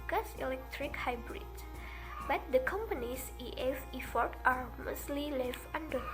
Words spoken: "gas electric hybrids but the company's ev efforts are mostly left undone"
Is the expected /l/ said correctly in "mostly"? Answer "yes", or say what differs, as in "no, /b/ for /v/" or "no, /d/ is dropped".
yes